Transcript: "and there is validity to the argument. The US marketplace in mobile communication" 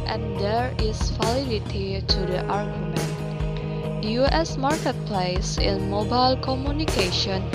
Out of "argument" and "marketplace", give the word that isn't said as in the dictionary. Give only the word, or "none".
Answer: none